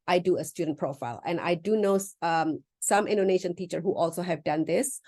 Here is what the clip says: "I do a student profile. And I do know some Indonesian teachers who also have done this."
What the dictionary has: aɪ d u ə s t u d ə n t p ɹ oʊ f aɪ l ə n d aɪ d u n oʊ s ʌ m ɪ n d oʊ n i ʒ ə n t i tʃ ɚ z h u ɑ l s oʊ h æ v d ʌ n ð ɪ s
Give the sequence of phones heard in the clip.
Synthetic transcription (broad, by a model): aɪ d u ə s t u d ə n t p ɹ oʊ f aɪ l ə n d aɪ d u n oʊ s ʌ m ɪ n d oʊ n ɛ ʃ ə n t i tʃ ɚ h u ɑ l s oʊ h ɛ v d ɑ n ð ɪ s